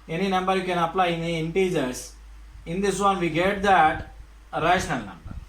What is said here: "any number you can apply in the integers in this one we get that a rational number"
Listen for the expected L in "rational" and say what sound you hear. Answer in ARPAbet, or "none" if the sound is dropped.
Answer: N